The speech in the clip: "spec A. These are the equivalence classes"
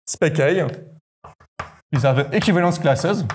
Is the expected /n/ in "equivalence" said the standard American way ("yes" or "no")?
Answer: no